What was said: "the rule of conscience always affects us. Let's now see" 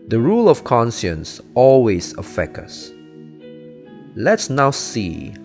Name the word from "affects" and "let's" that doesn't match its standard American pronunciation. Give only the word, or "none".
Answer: affects